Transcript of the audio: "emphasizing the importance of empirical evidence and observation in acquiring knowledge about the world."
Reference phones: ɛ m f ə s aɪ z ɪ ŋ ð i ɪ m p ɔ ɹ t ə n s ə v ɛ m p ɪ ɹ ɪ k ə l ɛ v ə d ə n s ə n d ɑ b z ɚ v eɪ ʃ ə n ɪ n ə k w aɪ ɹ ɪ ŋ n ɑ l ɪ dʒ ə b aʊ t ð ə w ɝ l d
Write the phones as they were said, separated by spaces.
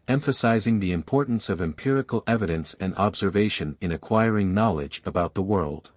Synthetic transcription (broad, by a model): ɛ m f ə s aɪ z ɪ ŋ ð i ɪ m p ɔ ɹ t n s ə v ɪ m p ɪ ɹ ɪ k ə l ɛ v ə d ə n s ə n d ɑ b z ɚ v eɪ ʃ ə n ɪ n ə k w aɪ ɹ ɪ ŋ n ɑ l ɪ dʒ ə b aʊ t ð ə w ɝ l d